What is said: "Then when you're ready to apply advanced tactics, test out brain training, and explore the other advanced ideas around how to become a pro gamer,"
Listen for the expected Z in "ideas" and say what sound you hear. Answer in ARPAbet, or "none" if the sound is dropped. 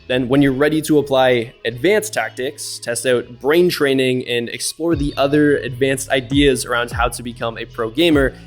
Z